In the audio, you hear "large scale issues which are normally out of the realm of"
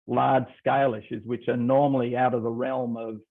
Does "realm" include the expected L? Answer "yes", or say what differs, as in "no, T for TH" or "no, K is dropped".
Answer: yes